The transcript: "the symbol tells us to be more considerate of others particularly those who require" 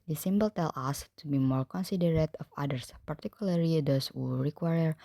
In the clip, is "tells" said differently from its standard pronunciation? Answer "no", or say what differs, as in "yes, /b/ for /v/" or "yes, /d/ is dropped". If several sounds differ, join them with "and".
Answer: yes, /z/ is dropped